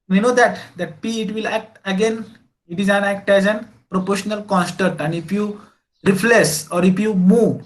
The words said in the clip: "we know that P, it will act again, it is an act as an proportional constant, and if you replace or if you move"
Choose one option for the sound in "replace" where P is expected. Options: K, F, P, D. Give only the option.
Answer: F